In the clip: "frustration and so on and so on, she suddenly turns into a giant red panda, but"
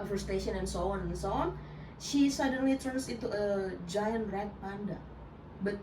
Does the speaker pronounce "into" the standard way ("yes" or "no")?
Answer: no